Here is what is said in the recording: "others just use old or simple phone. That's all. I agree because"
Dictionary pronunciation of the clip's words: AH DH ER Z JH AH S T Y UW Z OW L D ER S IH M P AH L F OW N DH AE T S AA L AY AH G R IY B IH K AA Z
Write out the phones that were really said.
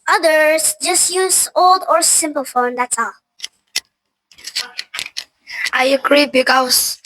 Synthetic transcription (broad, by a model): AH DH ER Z JH AH S T Y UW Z OW L D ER S IH M P AH L F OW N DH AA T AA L AY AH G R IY B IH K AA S